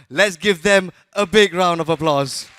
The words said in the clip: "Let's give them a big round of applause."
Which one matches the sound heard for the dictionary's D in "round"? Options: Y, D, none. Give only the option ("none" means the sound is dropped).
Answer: D